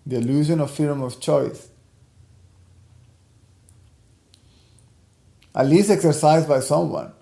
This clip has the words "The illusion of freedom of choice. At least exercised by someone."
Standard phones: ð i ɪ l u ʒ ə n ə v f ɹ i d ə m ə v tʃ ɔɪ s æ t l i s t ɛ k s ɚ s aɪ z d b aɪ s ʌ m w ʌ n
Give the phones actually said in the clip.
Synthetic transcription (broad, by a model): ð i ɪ l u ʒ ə n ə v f i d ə m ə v tʃ ɔɪ s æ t l i s t ɛ k s ɚ s aɪ z d b aɪ s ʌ m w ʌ n